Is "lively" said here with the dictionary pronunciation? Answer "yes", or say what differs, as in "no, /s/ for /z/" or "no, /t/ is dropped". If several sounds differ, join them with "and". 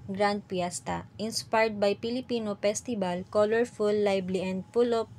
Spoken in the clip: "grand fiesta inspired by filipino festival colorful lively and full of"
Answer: no, /b/ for /v/